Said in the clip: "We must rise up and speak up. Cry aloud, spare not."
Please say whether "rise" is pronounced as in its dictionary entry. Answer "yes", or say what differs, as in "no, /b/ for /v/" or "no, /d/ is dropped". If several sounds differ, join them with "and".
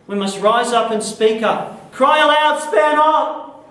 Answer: yes